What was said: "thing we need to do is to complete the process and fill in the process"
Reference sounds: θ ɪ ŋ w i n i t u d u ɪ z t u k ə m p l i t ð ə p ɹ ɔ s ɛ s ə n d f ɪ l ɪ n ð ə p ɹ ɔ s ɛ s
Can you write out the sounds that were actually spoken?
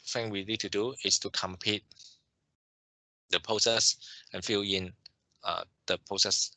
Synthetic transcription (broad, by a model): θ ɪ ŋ w i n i t u d u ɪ s t u k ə m p i t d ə p ɹ ɔ s ɛ s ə n f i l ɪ n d ə p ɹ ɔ s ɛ s